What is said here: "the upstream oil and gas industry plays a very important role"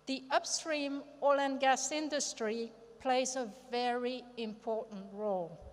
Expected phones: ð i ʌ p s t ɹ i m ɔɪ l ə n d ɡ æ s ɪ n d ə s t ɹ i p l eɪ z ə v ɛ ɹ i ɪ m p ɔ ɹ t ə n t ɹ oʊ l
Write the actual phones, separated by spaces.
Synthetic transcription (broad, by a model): ð i ʌ p s t ɹ i m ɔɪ l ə n ɡ æ s ɪ n d ə s t ɹ i p l eɪ z ə v ɛ ɹ i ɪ m p ɔ ɹ t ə n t ɹ oʊ l